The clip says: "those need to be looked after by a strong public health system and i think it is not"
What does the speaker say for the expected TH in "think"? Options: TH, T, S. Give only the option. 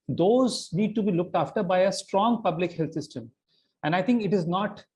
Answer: T